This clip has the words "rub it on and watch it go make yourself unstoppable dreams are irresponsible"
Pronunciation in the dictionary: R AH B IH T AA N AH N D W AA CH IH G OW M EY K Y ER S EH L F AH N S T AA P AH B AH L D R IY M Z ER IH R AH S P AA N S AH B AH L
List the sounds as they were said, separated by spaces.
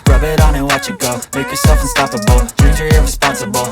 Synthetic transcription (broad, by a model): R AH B IH T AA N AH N W AA CH IH G OW M EY K Y ER S EH L F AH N S T AA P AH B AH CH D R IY Z ER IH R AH S P AA N S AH B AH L